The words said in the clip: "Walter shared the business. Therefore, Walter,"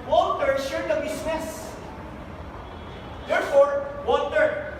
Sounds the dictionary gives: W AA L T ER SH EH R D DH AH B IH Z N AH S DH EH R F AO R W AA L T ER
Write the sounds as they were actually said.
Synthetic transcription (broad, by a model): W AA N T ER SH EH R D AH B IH S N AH S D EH R F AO R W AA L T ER